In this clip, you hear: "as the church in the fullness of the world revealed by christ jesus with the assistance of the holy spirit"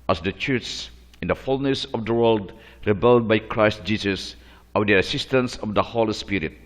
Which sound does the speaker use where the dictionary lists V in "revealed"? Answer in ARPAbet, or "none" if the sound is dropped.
B